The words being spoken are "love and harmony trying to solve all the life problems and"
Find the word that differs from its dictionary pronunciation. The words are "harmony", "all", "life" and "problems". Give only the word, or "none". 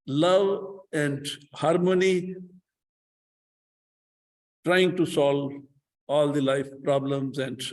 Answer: none